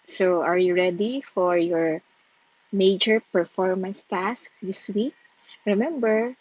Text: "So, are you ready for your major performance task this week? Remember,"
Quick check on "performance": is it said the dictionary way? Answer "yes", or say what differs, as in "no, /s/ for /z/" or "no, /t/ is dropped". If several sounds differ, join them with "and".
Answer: yes